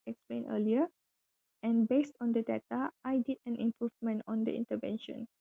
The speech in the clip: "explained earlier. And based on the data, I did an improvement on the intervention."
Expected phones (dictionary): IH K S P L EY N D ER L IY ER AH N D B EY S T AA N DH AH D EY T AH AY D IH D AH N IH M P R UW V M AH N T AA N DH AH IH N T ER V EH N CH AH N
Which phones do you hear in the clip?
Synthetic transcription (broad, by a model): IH K S P L EY N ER L IY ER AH N B EY S T AA N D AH D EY T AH AY D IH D AH N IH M P R UW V M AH N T AA N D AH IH N T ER V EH N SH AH N